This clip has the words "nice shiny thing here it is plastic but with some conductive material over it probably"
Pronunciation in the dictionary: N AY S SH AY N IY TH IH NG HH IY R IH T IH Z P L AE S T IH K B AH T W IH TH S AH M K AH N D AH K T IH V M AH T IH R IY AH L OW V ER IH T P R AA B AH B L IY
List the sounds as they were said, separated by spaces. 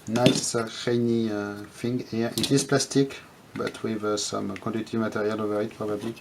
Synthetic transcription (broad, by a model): N AY S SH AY N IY F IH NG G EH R IH T IH Z P L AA S T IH K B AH T W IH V S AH M K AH D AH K T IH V M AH T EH R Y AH L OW V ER IH T P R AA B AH B L IY